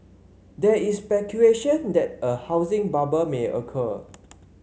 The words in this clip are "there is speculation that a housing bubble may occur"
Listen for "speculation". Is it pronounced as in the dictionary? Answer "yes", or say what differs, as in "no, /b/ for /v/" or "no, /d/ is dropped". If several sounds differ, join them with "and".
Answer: no, /l/ is dropped